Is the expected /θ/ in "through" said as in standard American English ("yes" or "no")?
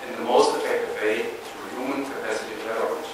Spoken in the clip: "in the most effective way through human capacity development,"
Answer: no